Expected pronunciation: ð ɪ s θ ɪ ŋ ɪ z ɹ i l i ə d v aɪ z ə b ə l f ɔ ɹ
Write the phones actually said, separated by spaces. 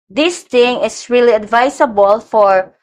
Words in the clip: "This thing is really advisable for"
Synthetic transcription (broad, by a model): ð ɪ s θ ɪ ŋ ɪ s ɹ i l i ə d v aɪ s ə b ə l f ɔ ɹ